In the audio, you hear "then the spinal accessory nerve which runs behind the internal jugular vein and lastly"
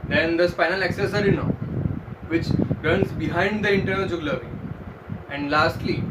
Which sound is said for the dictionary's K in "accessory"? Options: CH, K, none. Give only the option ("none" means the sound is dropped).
K